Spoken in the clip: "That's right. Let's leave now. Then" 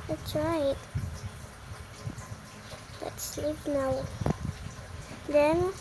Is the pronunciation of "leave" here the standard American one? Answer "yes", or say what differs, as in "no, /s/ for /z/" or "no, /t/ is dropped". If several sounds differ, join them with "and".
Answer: no, /p/ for /v/